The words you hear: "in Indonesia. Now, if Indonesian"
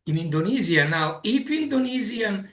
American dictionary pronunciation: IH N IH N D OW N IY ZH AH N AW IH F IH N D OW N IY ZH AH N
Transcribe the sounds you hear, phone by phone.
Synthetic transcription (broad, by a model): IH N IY N D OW N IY Z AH N AW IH P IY N D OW N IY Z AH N